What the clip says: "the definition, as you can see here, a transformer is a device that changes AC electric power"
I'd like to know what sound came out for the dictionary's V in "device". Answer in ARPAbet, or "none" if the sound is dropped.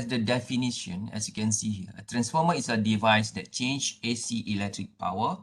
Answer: V